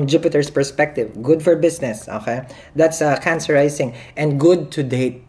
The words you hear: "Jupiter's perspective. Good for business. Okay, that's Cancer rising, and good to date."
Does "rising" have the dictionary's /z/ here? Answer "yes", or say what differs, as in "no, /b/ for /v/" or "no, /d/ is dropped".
no, /s/ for /z/